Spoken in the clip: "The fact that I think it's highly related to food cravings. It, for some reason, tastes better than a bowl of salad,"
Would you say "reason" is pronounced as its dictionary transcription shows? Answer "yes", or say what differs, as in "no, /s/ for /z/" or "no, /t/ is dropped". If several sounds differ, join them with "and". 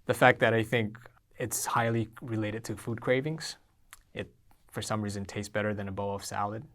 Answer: yes